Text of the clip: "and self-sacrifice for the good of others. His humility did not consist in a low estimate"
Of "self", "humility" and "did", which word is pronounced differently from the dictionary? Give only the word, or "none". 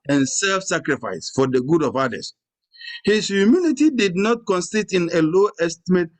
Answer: humility